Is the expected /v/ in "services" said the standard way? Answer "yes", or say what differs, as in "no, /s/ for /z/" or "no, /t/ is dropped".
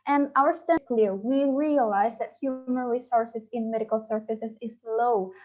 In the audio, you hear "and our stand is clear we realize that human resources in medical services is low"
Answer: no, /f/ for /v/